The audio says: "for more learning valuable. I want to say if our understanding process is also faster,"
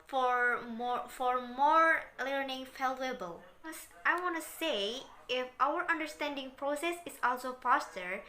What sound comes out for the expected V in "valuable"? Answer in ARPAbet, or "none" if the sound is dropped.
F